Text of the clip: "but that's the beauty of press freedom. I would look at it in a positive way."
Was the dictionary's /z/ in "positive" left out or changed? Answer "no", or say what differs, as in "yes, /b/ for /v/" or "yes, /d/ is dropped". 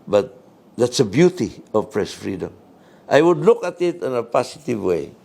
yes, /s/ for /z/